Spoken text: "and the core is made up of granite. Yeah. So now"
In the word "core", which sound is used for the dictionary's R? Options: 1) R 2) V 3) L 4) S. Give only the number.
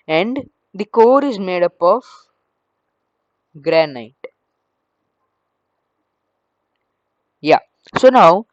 1